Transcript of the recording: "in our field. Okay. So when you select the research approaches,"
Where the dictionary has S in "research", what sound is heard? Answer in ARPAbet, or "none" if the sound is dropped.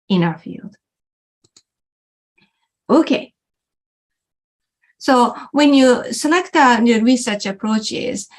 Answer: S